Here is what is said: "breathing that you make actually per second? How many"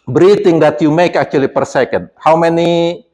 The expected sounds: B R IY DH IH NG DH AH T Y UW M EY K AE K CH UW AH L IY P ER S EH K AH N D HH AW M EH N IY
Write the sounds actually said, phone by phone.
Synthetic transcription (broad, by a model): B R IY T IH NG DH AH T Y UW M EY K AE K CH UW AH L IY P ER S EH K AH N D HH AW M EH N IY